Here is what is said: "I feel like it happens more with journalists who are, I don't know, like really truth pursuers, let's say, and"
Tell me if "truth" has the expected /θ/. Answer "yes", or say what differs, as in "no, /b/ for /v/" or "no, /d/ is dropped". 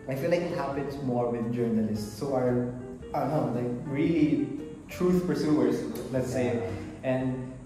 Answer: no, /f/ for /θ/